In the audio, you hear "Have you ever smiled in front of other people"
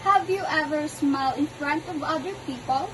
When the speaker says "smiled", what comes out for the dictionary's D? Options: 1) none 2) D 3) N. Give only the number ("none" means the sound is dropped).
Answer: 1